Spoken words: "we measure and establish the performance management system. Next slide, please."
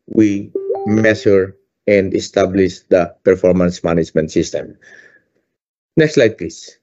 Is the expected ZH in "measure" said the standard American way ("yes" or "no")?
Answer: no